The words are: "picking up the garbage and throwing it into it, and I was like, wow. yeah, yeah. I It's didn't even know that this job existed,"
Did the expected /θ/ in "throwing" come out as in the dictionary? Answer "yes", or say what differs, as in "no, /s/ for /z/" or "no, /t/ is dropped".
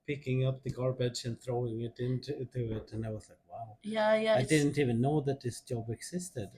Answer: yes